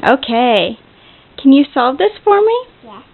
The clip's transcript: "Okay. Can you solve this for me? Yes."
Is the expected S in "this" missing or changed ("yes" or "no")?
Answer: no